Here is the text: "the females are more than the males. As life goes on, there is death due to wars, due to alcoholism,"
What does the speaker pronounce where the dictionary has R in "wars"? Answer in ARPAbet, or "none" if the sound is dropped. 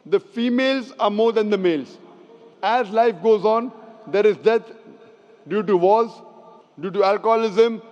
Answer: L